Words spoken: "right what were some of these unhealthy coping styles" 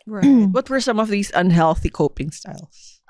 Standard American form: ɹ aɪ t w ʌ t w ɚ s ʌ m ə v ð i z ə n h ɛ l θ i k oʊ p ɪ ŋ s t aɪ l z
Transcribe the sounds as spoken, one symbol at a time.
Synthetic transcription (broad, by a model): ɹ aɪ w ʌ t w ɚ s ʌ m ə v ð i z ə n h ɛ l θ i k oʊ p ɪ ŋ s t aɪ l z